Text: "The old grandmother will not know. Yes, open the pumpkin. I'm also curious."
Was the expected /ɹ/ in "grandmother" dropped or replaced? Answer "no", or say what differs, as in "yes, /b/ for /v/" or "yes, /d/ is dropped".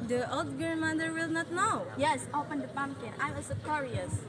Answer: yes, /ɹ/ is dropped